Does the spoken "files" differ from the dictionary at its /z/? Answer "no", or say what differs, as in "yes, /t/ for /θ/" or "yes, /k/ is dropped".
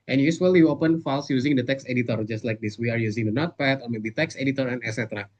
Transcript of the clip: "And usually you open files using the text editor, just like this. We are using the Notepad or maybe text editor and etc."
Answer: yes, /s/ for /z/